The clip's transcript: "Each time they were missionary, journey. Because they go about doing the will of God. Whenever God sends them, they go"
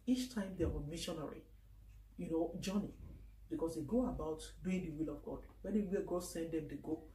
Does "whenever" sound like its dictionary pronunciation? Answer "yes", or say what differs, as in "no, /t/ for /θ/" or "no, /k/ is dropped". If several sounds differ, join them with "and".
no, /w/ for /v/